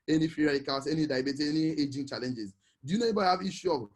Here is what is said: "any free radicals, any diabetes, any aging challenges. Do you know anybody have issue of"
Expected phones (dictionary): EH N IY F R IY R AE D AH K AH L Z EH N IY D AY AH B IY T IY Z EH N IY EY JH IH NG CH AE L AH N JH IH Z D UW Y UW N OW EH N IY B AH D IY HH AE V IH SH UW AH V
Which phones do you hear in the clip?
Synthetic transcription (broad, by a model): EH N IY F IY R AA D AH K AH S EH N IY D AY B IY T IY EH N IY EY JH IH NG CH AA L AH N JH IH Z D UW Y UW N OW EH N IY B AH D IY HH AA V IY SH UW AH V